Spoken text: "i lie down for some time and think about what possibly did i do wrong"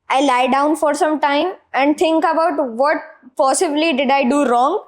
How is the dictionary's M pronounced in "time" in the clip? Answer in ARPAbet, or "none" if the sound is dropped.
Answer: M